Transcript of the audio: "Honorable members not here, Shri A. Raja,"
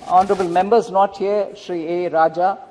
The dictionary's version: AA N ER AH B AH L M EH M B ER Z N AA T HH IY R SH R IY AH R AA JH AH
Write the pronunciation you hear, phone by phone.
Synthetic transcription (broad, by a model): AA N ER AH B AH L M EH M B ER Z N AA T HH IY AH SH R IY AH R AA JH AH